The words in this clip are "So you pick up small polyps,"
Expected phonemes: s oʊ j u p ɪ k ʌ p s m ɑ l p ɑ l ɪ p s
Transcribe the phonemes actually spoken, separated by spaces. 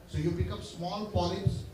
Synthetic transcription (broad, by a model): s oʊ j u b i k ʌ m s m ɑ l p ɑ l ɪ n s